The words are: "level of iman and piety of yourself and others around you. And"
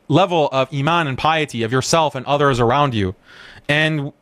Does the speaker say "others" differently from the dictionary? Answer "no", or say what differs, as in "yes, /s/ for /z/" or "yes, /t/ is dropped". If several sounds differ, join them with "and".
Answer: no